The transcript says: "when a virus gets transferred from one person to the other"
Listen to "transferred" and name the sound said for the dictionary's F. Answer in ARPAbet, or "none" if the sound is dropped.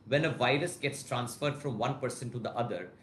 F